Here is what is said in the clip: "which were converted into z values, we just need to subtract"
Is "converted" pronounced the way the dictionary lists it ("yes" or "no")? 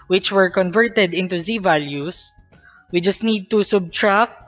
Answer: yes